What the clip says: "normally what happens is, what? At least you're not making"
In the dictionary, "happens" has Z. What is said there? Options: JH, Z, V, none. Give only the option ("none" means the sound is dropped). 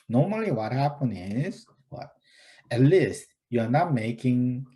none